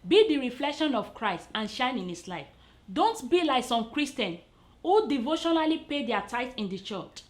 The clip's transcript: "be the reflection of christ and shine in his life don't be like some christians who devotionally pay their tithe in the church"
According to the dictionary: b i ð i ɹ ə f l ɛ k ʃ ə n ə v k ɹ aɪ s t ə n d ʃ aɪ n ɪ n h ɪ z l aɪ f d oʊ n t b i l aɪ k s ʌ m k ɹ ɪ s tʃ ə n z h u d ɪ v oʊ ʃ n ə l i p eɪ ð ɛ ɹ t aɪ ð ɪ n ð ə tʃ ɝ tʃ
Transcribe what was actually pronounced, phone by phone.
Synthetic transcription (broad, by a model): b i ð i ɹ ə f l ɛ k ʃ ə n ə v k ɹ aɪ s t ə n ʃ aɪ n ɪ n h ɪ s l aɪ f d oʊ n t b i l aɪ k s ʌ m k ɹ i s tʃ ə n h u d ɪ v oʊ ʃ n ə l i p eɪ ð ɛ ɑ t aɪ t ɪ n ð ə tʃ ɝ tʃ